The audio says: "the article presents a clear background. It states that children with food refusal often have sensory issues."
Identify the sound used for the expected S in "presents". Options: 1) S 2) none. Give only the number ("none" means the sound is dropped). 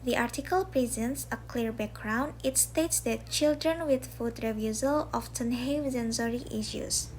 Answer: 1